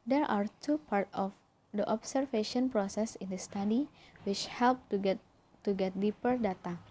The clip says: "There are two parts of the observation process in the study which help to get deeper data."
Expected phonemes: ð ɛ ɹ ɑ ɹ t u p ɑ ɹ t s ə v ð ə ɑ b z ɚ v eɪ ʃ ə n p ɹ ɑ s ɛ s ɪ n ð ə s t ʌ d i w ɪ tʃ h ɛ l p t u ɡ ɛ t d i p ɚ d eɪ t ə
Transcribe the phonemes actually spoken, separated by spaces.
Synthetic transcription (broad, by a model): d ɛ ɹ ɑ ɹ t u p ɑ ɹ t ə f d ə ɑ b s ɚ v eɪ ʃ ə n p ɹ ɑ s ɛ s ɪ n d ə s t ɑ d i w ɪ tʃ h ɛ l p t u ɡ ɛ t d i p ɚ d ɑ t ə